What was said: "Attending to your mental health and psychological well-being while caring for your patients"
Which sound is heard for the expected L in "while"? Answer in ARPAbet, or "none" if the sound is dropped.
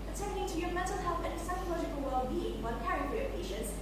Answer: N